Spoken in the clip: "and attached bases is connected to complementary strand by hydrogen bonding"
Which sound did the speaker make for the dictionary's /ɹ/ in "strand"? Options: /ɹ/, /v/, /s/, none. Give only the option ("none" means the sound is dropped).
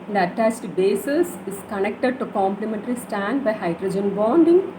none